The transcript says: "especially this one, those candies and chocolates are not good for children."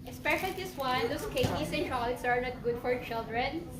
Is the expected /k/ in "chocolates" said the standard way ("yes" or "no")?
no